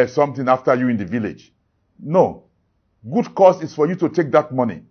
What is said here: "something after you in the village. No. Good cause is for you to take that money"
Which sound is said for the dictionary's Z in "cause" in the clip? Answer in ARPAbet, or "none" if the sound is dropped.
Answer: S